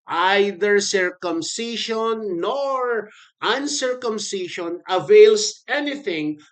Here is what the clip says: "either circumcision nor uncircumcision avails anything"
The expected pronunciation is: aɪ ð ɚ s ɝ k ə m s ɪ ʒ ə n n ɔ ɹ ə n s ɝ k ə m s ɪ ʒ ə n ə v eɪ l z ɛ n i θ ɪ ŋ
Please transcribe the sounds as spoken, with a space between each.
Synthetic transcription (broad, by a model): aɪ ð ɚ s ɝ k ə m s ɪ ʃ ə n n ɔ ɹ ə n s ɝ k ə m s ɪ ʃ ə n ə v eɪ l s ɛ n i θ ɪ ŋ